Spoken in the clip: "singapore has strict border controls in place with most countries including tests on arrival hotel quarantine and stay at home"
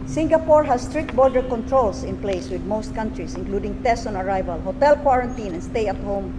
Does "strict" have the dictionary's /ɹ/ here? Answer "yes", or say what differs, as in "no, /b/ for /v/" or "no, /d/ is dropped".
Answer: yes